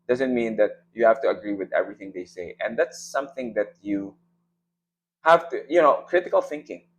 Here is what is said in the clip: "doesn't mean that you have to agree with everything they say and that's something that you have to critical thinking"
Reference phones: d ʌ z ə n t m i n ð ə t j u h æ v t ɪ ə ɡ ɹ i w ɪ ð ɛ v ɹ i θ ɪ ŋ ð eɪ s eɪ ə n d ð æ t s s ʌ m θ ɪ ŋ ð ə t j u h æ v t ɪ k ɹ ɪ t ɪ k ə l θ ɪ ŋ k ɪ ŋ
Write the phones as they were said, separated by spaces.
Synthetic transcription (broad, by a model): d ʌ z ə n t m i n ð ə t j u h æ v t ɪ ə ɡ ɹ i w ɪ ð ɛ v ɹ i θ ɪ ŋ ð eɪ s eɪ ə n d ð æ t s s ʌ m θ ɪ ŋ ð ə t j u h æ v t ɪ k ɹ ɪ t ɪ k ə l θ ɪ ŋ k ɪ ŋ